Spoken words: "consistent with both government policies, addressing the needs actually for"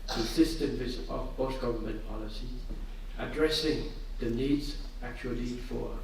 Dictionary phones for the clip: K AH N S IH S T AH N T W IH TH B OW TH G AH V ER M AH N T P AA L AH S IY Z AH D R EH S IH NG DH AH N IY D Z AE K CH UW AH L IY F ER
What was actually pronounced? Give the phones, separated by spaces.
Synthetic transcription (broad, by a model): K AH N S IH S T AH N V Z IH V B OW S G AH V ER M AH N P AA L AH S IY AH D R EH S IH NG DH AH N IY D Z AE K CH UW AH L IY F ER